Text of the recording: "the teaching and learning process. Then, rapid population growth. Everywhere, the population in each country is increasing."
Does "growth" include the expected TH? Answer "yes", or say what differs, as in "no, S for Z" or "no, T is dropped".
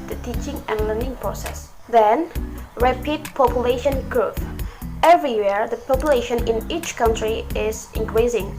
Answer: no, F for TH